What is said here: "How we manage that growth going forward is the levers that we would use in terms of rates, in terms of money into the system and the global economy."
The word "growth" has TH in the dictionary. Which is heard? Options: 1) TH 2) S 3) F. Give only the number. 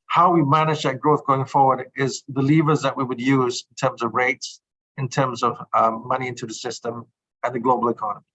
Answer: 1